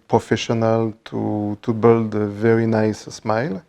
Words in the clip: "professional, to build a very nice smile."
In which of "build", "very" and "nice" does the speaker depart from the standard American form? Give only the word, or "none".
none